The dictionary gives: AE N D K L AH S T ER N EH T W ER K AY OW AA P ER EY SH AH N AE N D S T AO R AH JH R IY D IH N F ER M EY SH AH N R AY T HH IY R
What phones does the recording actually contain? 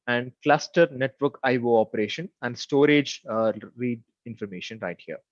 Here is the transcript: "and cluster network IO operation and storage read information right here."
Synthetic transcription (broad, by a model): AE N D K L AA S T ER N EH T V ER K AY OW AA P ER EY SH AH N AE N D S T AO R AH JH R IY D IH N F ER M EY SH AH N R AY T HH IY R